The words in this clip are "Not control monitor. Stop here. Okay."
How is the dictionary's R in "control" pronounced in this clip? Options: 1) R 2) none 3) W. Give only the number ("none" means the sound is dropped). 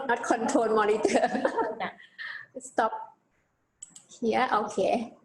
2